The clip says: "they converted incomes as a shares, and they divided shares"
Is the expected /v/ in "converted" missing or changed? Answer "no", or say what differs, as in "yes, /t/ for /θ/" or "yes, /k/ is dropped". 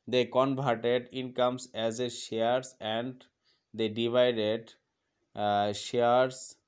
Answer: yes, /b/ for /v/